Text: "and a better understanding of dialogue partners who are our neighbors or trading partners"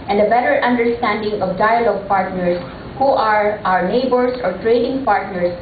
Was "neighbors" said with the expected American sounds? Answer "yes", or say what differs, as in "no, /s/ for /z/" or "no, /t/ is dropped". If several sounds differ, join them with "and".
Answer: no, /s/ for /z/